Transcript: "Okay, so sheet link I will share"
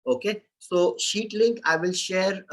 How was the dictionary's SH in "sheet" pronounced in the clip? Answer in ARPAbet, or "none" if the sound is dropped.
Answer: SH